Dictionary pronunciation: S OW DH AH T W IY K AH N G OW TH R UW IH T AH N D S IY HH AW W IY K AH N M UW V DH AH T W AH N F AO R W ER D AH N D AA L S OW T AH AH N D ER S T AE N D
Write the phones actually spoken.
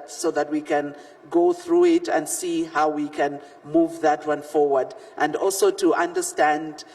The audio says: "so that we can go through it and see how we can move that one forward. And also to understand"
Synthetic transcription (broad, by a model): S OW DH AH T W IY K AH N G OW TH R UW IH T AH N D S IY HH AW W IY K AH N M UW V DH AH T W AH N F AO R W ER D AH N D AA L S OW T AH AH N D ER S T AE N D